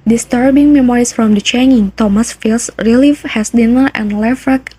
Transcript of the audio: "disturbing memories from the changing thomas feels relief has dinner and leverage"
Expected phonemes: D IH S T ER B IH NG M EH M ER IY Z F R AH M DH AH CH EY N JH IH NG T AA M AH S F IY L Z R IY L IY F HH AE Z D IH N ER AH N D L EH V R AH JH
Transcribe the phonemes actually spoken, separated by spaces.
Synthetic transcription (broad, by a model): D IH S T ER B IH NG M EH M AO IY S F R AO M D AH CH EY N IH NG T AA M AH S F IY L S R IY L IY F HH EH S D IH N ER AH N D L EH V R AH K